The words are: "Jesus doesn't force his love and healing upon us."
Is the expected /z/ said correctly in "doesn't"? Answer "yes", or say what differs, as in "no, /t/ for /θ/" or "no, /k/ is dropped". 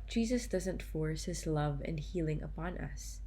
yes